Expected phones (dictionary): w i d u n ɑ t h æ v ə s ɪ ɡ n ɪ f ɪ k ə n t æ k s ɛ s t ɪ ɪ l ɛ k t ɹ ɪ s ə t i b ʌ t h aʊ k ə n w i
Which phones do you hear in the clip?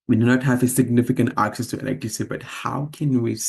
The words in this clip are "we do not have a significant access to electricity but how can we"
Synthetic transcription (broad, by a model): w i d u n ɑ t h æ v ə s ɪ ɡ n ɪ f ɪ k ə n t æ k s ɛ s t ɪ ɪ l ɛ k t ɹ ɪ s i b ʌ t h aʊ k ə n w i